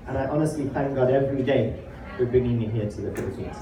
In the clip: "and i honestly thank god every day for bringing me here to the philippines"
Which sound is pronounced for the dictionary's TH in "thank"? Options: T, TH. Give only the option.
TH